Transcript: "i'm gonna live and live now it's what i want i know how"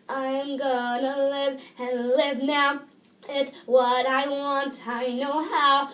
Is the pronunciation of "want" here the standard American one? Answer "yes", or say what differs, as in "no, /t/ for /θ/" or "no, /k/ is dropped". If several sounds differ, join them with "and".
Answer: yes